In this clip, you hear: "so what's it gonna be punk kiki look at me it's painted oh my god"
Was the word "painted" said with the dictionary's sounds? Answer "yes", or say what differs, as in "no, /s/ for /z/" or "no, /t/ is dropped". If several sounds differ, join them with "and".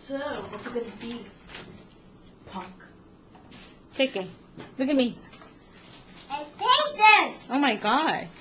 no, /d/ is dropped